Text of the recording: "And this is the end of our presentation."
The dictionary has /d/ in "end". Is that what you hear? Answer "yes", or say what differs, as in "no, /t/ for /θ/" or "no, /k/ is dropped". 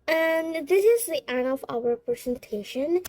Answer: no, /d/ is dropped